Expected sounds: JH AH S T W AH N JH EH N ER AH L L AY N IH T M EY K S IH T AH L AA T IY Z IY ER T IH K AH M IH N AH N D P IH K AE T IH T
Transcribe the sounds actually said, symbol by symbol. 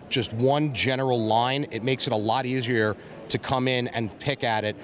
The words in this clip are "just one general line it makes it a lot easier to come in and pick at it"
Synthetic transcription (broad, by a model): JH AH S T W AH N JH EH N ER L L AY N IH T M EY K S IH T AH L AA T IY Z IY ER T IH K AH M IH N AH N P IH K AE T IH T